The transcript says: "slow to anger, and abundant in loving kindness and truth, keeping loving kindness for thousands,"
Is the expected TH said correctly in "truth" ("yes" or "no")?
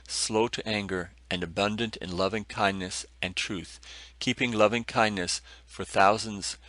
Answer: yes